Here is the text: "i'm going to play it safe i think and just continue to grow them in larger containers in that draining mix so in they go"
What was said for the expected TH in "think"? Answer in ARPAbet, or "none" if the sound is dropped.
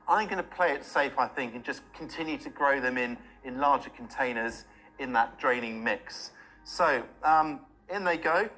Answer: TH